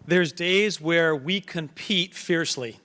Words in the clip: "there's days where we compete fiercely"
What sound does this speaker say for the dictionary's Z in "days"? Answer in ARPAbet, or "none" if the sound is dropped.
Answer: Z